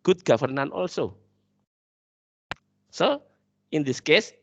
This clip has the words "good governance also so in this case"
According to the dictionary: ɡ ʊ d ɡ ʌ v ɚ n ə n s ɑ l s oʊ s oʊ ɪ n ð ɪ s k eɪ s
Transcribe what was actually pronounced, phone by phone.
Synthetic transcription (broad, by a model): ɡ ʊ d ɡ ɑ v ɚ n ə n ɑ l s oʊ s oʊ ɪ n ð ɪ s k eɪ s